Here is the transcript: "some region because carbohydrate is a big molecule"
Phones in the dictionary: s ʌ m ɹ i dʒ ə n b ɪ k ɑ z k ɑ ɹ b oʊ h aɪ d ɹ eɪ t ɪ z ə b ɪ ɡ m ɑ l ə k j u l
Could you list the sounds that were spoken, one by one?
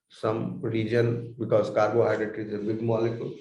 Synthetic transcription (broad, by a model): s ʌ m ɹ i dʒ ə n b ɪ k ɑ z k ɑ ɹ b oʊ h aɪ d eɪ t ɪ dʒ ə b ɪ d m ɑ l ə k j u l